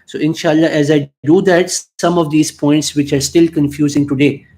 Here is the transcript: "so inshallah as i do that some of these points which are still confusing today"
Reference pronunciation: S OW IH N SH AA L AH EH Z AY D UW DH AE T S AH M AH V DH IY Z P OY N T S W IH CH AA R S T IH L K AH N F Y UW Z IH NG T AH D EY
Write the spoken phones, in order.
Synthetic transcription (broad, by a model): S OW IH N SH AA L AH EH Z AY D UW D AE T S AH M AH V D IY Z P OY N T S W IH CH AA R S T IH L K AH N F Y UW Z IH NG T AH D EY